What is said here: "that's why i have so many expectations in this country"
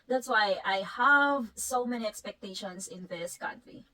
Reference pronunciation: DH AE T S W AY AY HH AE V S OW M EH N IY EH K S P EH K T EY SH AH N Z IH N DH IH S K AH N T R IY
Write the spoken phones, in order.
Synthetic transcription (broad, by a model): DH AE T S W AY AY HH AE V S OW M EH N IY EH K S P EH K T EY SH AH N S IH N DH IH S K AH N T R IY